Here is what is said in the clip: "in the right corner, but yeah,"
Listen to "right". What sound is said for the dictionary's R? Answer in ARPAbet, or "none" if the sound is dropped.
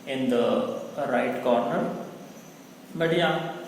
R